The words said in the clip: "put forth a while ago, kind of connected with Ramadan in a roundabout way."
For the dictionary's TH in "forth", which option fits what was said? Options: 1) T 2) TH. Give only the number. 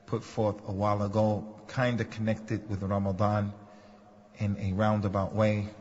2